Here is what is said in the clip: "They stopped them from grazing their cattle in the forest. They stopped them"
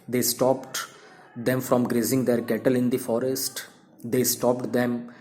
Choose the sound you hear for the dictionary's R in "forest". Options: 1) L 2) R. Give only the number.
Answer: 2